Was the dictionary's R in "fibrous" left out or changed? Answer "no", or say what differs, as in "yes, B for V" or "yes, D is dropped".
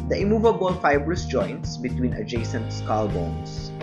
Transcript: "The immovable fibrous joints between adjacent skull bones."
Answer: no